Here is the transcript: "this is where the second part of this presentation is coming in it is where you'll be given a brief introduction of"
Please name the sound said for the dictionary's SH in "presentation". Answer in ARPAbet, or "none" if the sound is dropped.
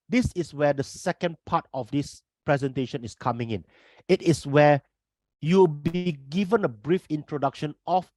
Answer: SH